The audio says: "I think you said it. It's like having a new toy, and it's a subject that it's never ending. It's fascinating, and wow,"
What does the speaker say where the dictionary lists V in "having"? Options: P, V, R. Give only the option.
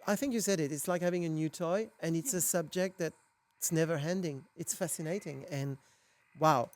V